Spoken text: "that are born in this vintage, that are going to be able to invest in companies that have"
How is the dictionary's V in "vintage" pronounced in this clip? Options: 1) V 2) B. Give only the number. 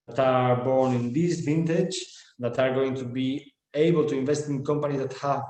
1